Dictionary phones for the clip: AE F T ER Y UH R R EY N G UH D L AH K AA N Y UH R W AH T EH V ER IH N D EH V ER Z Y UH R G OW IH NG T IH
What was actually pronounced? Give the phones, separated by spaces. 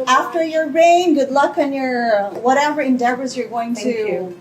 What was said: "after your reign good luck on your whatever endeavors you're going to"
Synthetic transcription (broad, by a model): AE F T ER Y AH R R EY N G UH D L AH K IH N Y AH R W AH T EH V ER IH N D EH V ER Z Y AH R G OW IH NG T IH